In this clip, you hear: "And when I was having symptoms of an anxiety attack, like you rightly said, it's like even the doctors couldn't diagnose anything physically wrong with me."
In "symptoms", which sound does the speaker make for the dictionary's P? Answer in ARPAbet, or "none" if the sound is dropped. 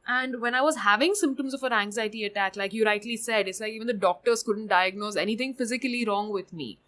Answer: P